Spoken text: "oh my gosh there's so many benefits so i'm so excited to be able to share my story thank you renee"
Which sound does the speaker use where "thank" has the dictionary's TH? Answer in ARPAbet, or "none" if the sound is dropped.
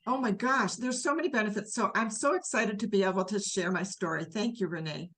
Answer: TH